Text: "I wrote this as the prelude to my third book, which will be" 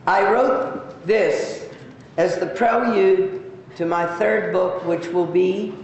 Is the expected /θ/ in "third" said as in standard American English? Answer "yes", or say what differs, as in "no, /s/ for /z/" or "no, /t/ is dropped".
yes